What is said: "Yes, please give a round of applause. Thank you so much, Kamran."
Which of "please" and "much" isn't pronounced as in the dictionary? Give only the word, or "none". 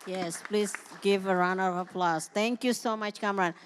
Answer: none